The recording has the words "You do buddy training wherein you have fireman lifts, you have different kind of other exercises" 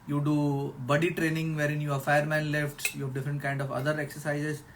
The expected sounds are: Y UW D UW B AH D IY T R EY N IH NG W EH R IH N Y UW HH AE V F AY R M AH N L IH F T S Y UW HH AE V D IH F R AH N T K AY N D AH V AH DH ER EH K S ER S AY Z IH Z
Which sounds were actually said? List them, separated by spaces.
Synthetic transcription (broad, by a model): Y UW D UW B AH D IY T R EY N IH NG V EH R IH N Y UW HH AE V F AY R M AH N L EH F T Y UW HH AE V D IH F R AH N T K AY N D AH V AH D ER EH K S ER S AY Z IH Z